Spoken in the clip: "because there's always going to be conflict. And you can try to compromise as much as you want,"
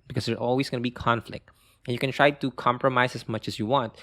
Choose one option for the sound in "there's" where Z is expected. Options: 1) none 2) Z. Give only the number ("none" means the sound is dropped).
1